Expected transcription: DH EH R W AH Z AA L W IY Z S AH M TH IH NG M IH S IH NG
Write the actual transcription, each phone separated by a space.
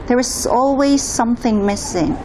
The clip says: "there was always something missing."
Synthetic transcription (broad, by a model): DH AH R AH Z AA L W IY Z S AH M TH IH NG M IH S IH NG